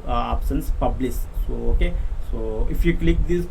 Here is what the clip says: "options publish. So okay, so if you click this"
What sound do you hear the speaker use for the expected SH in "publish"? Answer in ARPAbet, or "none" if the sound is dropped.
S